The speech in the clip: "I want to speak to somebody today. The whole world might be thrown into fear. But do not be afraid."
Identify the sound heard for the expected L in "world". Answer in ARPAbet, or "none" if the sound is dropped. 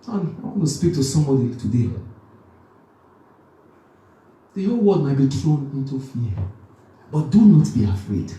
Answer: none